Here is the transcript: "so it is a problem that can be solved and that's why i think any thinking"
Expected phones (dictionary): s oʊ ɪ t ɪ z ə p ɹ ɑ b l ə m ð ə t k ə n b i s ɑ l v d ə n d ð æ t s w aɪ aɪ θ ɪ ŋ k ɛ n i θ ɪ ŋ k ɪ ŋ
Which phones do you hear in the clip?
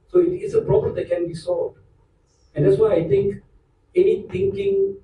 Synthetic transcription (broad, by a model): s oʊ ɪ t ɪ s ə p ɹ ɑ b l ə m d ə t k ə n b i s ɑ l v d ə n d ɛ t s w aɪ aɪ t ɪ ŋ k ɛ n i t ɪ ŋ k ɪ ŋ